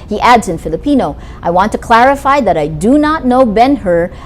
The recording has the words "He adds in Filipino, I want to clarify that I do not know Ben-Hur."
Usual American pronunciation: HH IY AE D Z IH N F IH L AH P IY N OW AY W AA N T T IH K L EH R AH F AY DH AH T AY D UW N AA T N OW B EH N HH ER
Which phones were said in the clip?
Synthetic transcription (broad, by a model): HH IY AE D Z IH N F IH L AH P IY N OW AY W AA N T T IH K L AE R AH F AY DH AH T AY D UW N AA T N OW B EH N HH ER